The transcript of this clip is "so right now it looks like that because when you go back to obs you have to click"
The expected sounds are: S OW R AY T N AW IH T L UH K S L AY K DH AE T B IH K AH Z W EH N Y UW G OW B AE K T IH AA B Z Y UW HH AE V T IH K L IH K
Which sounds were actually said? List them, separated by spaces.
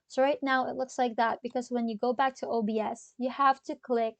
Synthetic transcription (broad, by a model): S OW R AY T N AW IH T L UH K S L AY K DH AE T B IH K AH Z W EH N Y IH G OW B AE K T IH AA B S Y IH HH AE F T IH K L IH K